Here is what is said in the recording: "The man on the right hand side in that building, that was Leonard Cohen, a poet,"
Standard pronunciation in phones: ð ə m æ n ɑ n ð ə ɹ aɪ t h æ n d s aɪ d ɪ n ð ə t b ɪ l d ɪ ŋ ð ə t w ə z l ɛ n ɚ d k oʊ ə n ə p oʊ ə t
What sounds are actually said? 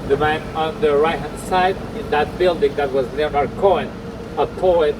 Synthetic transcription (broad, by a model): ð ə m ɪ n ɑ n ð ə ɹ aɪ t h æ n s aɪ d ɪ n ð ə t b ɪ l d ɪ ŋ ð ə t w ə z n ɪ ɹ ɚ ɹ k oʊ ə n ə p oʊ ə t